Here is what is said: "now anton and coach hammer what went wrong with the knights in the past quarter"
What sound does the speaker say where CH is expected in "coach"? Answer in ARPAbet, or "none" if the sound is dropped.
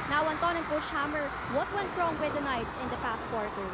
SH